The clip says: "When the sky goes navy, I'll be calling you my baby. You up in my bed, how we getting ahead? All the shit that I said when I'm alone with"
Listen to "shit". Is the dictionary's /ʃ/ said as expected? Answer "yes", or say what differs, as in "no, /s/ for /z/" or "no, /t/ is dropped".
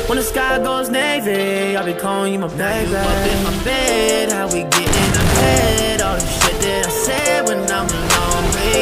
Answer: no, /s/ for /ʃ/